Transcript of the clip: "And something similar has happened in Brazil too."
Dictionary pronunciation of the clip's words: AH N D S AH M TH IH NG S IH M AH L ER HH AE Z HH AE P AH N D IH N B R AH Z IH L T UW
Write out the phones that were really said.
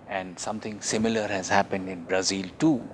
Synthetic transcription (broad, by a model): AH N D S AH M T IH NG S IH M AH L ER HH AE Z HH AE P AH N D IH N B R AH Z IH L T UW